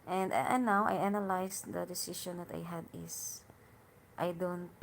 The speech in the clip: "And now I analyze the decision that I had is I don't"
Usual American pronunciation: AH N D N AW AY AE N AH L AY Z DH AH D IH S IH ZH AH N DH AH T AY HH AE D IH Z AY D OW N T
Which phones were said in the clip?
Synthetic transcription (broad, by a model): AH N D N AW AY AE N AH L AY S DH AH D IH S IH SH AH N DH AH T AY HH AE D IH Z AY D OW N T